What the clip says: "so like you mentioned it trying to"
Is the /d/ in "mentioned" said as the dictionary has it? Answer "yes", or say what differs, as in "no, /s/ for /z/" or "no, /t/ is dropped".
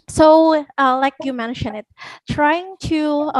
no, /d/ is dropped